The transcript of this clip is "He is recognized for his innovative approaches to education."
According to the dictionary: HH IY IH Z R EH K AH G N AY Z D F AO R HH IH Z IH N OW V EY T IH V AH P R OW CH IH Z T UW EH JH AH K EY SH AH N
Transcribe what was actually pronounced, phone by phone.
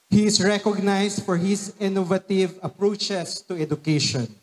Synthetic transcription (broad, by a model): HH IY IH S R EH K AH G N AY S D F AO R HH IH S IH N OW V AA T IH V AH P R OW CH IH S T UW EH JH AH K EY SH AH N